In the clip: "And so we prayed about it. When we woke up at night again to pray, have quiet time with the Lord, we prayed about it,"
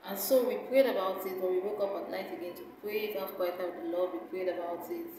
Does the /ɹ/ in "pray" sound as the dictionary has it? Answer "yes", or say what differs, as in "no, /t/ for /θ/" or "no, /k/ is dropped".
yes